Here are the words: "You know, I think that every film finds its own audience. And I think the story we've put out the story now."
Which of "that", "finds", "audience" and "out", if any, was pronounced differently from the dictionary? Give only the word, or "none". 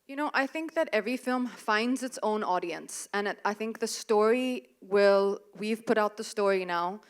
none